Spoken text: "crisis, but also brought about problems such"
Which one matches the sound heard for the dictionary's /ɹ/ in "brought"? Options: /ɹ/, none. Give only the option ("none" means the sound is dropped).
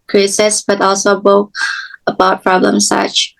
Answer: none